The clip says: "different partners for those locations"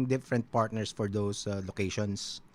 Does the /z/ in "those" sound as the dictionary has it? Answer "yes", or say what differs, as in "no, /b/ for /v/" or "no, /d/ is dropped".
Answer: no, /s/ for /z/